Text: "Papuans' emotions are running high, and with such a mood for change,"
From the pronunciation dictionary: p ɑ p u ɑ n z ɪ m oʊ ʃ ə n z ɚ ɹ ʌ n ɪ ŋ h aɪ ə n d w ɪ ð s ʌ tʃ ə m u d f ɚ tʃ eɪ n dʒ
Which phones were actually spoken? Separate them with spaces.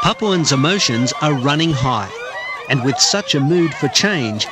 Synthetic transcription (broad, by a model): p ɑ p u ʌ n z ɪ m oʊ ʃ ə n z ɚ ɹ ʌ n ɪ ŋ h aɪ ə n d w ɪ ð s ʌ tʃ ə m u d f ɚ tʃ eɪ n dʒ